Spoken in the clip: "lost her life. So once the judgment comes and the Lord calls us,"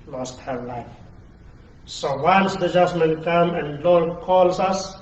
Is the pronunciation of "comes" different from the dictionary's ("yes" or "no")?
yes